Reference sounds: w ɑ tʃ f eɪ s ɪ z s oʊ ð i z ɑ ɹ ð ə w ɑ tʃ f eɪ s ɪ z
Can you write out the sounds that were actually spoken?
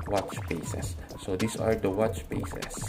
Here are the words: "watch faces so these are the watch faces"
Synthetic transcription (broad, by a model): w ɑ tʃ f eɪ s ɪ s oʊ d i s ɑ ɹ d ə w ɑ tʃ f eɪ s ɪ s